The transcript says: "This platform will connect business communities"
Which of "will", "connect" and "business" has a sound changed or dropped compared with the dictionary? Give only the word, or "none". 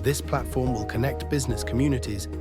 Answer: none